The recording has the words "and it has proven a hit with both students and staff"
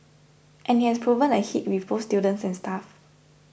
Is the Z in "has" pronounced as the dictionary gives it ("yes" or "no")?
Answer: no